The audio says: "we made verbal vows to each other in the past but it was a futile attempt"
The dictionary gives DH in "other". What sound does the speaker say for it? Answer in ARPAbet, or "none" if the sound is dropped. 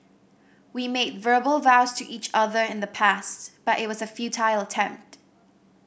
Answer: DH